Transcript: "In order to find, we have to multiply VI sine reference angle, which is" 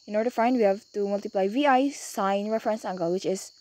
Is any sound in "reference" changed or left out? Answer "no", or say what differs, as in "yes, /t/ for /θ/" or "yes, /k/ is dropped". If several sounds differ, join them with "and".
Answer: no